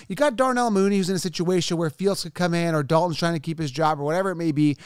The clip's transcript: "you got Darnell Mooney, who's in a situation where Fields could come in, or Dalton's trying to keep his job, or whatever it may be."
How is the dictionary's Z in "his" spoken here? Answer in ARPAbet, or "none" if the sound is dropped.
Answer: Z